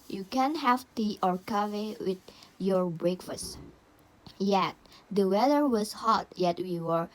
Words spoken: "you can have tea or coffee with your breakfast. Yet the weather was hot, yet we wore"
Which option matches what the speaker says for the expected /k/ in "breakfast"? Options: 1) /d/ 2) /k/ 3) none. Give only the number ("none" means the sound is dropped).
2